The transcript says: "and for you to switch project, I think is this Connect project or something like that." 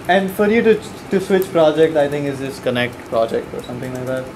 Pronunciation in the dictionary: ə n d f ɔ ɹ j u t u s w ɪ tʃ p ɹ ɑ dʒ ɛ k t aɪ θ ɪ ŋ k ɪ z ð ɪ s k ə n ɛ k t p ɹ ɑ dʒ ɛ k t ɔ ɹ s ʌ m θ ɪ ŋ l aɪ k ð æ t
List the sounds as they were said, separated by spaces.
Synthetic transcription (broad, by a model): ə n d f ɔ ɹ j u t u s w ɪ tʃ p ɹ ɑ dʒ ɛ k t aɪ t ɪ ŋ k ɪ z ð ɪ s k ə n ɛ k t p ɹ ɑ dʒ ɛ k t ɔ ɹ s ʌ m t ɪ ŋ l aɪ k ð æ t